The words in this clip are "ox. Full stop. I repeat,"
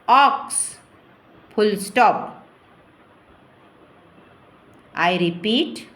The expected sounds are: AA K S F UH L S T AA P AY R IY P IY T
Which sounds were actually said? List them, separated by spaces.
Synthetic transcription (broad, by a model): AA K S P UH L S T AA P AY R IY P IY T